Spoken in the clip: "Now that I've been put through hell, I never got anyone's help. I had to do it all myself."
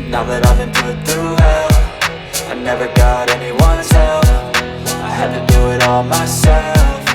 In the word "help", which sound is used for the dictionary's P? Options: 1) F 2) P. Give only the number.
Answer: 1